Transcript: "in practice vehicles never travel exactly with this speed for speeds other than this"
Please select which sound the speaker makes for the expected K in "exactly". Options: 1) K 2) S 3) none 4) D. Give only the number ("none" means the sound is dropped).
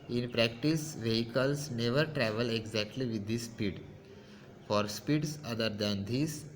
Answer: 1